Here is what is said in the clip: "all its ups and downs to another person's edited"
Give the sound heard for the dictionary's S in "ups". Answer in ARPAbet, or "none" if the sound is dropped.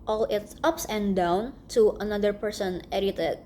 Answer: S